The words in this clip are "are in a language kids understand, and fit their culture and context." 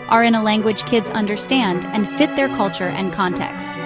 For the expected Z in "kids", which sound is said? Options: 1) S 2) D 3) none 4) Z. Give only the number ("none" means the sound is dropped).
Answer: 4